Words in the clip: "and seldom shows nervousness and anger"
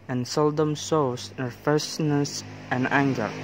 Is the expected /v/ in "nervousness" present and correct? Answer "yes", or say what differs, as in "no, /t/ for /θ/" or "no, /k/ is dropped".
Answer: no, /f/ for /v/